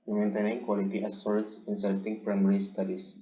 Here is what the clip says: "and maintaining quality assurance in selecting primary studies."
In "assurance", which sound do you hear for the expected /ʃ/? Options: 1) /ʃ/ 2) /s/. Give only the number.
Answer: 2